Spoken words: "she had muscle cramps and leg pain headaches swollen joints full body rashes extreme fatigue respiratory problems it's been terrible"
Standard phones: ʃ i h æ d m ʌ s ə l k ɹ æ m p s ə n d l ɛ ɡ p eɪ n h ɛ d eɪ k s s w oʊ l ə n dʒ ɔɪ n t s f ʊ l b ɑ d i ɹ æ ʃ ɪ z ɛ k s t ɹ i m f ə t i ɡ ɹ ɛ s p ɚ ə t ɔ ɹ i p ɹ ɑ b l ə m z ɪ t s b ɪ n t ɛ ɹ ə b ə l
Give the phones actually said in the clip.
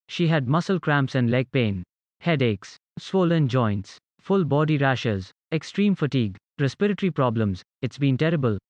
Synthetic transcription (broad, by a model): ʃ i h æ d m ʌ s ə l k ɹ æ m p s ə n d l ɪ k p eɪ n h ɛ d eɪ k s s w oʊ l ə n dʒ ɔɪ n t s f ʊ l b ɑ d i ɹ æ ʃ ɪ z ɛ k s t ɹ i m f ə t i ɡ ɹ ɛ s p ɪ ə t ɹ i p ɹ ɑ b l ə m z ɪ t s b ɪ n t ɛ ɹ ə b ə l